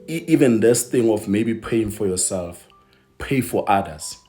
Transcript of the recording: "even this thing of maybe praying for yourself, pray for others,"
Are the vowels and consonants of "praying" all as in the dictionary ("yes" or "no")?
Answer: no